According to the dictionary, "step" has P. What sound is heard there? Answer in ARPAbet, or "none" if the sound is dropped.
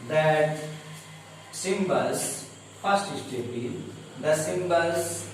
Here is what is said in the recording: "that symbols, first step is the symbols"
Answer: B